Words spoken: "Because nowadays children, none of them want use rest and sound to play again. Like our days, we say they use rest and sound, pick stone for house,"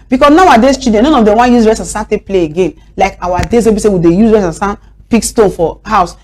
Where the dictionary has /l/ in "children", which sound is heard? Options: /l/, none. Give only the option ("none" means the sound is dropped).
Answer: none